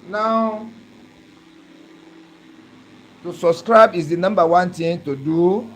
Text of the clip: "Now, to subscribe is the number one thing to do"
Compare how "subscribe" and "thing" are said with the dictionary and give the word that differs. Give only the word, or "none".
thing